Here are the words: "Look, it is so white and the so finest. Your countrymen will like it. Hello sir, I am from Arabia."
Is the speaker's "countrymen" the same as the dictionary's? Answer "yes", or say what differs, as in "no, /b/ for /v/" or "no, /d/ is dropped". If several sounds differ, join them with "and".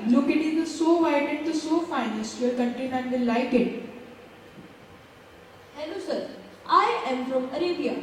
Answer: no, /ɹ/ is dropped